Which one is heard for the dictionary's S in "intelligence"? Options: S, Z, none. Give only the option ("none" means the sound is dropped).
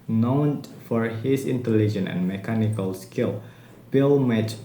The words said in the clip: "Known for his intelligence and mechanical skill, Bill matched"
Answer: none